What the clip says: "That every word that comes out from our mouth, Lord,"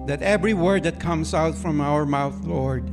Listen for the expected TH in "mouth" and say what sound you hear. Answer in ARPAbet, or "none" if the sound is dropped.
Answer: TH